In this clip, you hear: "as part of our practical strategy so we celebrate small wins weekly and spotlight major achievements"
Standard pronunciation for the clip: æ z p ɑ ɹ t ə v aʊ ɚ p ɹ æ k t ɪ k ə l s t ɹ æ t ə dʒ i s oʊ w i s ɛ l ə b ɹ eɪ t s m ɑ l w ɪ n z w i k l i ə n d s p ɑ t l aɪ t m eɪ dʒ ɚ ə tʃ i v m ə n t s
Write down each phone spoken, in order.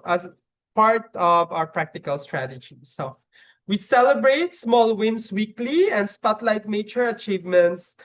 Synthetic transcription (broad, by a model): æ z p ɑ ɹ t ə v aʊ ɚ p ɹ æ k t ɪ k ə l s t ɹ æ t ə dʒ i s oʊ w i s ɛ l ə b ɹ eɪ t s m ɑ l w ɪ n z w i k l i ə n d s p ɑ t l aɪ t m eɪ tʃ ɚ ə tʃ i v m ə n t s